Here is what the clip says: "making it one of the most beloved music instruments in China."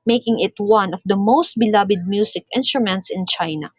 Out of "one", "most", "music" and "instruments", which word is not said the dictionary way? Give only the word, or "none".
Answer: music